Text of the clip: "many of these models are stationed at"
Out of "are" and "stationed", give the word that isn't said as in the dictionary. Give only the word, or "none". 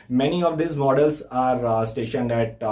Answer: none